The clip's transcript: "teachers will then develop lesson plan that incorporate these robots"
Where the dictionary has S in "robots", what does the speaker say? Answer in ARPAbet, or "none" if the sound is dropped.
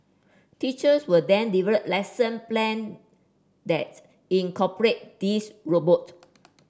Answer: none